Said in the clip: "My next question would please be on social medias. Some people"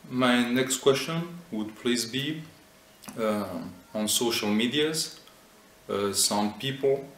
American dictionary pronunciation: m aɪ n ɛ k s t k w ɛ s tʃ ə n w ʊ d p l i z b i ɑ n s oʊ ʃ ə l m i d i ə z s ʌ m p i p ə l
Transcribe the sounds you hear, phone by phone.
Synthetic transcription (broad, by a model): m aɪ n ɛ k s t k w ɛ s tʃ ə n w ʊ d p l i z b i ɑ n s oʊ ʃ ə l m i d i ə z s ʌ m p i p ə l